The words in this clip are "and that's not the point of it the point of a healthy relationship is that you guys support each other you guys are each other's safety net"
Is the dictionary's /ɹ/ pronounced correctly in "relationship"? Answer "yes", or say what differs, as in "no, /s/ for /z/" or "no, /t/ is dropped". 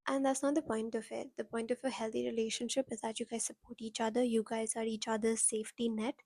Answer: yes